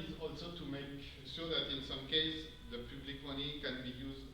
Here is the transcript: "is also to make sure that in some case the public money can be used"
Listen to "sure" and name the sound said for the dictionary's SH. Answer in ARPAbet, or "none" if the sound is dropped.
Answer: S